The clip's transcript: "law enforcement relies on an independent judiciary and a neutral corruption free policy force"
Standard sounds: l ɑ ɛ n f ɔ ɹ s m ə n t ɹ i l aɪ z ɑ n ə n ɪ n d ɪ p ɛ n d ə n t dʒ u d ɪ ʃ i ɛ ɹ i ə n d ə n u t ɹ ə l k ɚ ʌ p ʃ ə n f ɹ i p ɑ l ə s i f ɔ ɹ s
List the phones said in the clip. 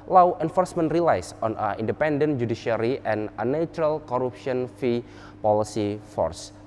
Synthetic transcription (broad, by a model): l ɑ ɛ n f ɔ ɹ s m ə n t ɹ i l aɪ s ɑ n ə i n d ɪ p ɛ n d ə n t dʒ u d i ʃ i ɹ i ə n ə n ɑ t ɹ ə l k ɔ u p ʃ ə n f i p ɑ l ə s i f ɔ ɹ s